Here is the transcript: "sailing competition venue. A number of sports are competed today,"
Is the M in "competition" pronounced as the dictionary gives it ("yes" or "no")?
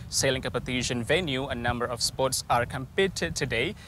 no